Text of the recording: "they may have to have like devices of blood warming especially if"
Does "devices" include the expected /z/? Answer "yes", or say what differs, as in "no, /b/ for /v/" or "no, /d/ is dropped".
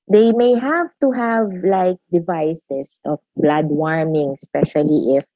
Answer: no, /s/ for /z/